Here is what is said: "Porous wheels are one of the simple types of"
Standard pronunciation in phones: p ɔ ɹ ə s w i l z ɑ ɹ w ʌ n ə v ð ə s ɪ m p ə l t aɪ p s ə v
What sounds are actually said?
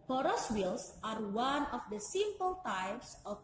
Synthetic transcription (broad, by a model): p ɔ ɹ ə s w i l s ɑ ɹ w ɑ n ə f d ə s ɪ m p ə l t aɪ p s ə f